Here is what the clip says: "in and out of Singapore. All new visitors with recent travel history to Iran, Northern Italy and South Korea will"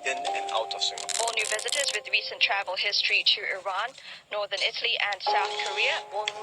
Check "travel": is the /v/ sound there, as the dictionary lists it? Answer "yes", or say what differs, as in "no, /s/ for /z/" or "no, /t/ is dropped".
yes